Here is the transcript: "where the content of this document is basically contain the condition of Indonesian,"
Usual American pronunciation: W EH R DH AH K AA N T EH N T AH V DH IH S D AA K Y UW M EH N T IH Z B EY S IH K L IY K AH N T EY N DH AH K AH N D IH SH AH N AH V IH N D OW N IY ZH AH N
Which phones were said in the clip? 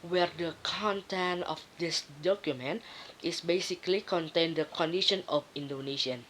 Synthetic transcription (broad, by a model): W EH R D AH K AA N T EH N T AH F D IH S D AA K Y UW M EH N T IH S B EY S IH K L IY K AH N T EY N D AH K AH N D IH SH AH N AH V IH N D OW N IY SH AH N